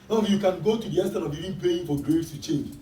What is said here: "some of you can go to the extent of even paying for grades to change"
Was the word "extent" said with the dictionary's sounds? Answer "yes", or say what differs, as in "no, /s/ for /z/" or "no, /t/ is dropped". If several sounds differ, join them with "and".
no, /k/ is dropped